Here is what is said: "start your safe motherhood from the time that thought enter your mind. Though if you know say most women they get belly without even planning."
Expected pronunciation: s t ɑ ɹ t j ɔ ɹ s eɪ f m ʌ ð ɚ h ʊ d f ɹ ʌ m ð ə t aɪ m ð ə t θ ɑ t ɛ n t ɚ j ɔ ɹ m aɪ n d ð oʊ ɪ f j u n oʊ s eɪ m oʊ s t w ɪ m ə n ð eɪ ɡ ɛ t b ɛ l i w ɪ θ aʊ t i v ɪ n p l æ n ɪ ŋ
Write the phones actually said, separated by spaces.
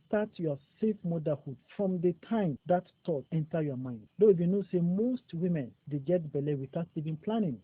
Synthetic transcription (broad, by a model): s t ɑ t j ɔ s eɪ f m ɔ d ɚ h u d f ɹ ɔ m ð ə t aɪ m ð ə t t ɑ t ɛ n t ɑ j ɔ m aɪ n d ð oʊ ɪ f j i n oʊ s eɪ m oʊ s t w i m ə n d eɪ ɡ ɛ t b ɛ l i w ɪ θ aʊ t i v ɪ n p l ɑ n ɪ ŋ